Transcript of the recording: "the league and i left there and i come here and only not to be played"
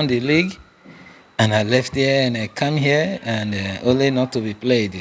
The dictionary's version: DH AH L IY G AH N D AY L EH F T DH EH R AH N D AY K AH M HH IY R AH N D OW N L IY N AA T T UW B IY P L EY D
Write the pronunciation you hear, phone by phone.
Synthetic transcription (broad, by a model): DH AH L IY G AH N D AY L EH F T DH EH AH N AY K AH M HH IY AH AH N D OW N L IY N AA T T UW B IY P L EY D